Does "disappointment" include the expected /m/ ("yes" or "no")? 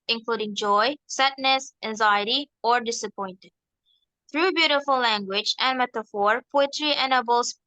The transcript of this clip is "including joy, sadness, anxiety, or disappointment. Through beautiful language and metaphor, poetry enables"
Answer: no